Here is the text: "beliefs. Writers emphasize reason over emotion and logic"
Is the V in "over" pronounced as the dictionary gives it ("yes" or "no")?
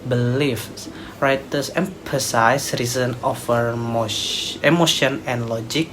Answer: no